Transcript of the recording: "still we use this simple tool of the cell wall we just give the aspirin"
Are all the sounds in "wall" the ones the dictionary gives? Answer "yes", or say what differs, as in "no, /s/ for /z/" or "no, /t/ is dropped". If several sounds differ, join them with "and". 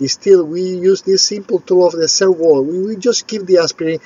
no, /w/ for /l/